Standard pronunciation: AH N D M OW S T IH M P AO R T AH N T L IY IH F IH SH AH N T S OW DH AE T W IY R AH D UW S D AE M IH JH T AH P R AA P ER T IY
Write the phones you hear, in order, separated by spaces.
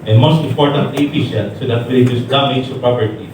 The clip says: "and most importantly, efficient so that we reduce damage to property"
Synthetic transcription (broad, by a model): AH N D M OW S T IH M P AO R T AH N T IY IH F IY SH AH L S OW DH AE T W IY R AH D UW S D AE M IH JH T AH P R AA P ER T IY